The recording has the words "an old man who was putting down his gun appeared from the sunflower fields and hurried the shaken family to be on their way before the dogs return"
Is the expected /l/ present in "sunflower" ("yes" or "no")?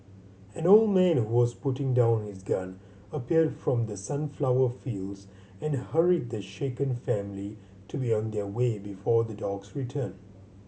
yes